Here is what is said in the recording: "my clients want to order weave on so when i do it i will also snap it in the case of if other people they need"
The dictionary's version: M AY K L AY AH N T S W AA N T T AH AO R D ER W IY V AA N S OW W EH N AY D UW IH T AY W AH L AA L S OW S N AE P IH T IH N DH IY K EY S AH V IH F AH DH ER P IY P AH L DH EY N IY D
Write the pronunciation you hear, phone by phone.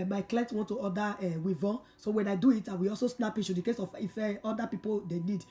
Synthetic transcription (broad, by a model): M AY K L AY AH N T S W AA N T T AH AO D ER W IY V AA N S OW W EH N AY D UW IH T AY W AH AA L S OW S N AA P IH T IH N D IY K EY S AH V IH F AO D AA P IY P AH L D EY N IY D